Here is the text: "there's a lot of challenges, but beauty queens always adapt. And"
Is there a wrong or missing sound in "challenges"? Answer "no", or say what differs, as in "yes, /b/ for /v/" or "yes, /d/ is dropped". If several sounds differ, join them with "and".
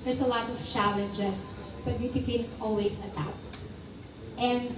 yes, /s/ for /z/